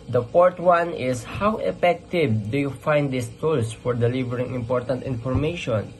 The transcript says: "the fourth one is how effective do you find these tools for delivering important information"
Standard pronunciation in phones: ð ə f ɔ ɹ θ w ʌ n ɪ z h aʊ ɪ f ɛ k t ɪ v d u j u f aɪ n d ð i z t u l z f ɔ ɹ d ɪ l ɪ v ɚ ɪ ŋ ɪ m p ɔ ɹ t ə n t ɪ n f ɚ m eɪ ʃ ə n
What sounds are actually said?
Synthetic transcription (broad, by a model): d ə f ɔ ɹ t w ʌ n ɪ s h aʊ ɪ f ɛ k t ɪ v d u j u f aɪ n d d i s t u l s f ɔ ɹ d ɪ l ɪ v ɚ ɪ ŋ ɪ m p ɔ ɹ t ə n t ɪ n f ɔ m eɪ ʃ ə n